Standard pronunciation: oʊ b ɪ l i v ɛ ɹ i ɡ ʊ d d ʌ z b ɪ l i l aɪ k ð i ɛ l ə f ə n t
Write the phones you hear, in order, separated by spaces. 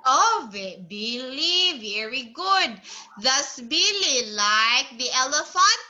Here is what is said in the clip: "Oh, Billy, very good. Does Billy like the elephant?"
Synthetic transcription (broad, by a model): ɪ b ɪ l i v ɛ ɹ i ɡ ʊ d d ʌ s b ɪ l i l aɪ k ð i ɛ l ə f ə n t